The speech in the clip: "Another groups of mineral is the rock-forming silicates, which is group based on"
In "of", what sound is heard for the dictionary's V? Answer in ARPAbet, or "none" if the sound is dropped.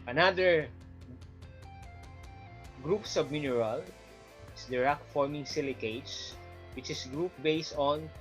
B